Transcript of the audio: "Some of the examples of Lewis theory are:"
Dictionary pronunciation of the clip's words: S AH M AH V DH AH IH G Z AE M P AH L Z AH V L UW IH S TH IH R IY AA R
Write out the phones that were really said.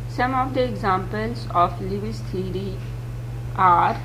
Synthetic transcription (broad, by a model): S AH M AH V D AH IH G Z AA M P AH L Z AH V L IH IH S T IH R IY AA R